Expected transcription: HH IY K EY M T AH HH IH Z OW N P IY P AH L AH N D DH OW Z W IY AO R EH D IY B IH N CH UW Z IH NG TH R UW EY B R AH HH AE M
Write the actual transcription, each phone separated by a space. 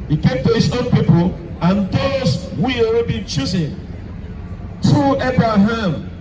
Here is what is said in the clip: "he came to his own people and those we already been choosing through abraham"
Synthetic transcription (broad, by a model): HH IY K EY M T AH HH IH Z OW N P IY P AH L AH N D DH OW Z W IY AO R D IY B IH N CH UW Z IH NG T R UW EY B R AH HH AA M